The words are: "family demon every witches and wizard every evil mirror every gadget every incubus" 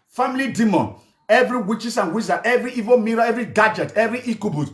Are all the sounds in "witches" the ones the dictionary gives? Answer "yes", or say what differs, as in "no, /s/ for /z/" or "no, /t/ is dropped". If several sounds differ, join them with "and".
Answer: no, /s/ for /z/